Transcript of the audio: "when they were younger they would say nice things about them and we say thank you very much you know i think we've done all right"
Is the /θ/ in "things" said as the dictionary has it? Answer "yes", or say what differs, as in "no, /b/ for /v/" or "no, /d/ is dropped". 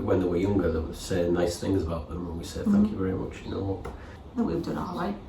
yes